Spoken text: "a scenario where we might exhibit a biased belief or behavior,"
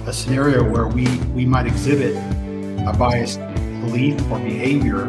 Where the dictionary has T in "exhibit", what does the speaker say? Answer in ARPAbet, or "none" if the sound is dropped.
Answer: T